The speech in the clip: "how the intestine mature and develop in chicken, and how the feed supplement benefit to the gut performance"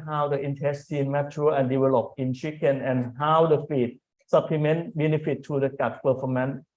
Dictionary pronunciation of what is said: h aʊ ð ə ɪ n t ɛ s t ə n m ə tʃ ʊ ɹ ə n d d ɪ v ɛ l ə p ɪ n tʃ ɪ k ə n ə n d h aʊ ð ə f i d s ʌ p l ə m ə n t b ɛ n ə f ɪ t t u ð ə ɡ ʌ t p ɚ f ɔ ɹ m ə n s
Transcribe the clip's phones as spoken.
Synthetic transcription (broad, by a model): h aʊ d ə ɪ n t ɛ s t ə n m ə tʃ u l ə n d d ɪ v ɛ l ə p ɪ n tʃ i k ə n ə n h aʊ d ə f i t s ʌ p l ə m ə n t b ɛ n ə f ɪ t t u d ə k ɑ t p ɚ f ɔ m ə n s